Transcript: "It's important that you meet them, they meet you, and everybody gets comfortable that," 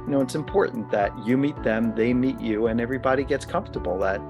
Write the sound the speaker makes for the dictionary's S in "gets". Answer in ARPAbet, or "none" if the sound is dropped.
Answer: S